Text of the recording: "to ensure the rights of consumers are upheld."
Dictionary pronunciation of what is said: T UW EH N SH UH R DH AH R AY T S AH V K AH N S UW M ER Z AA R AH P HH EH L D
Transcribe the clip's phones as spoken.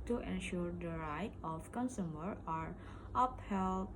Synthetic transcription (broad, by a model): T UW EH N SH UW R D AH R AY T AH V K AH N S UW M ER AA R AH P HH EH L